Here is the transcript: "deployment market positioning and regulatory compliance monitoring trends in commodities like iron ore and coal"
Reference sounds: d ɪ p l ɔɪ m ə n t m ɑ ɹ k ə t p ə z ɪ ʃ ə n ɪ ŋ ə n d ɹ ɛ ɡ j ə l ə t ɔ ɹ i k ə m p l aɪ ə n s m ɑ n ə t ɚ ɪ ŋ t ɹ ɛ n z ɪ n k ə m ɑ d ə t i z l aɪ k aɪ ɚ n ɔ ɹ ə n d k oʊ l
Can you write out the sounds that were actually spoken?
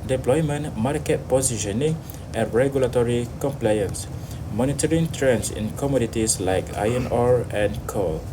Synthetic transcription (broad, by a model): d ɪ p l ɔɪ m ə n m ɑ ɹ k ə t p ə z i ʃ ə n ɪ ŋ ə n ɹ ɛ ɡ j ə l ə t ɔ ɹ i k ə m p l aɪ ə n s m ɑ n ə t ɚ ɪ ŋ t ɹ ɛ n s ɪ n k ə m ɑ d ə t i s l aɪ k aɪ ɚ n ɔ ɹ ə n k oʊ l